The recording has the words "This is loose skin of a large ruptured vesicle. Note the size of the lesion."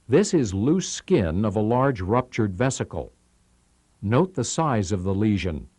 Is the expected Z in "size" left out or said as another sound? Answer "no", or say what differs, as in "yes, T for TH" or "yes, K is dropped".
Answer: no